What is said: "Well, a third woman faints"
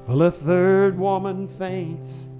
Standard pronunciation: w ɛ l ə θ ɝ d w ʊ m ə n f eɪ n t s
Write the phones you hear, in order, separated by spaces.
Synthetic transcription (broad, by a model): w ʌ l ə θ ɝ d w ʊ m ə n f eɪ n t s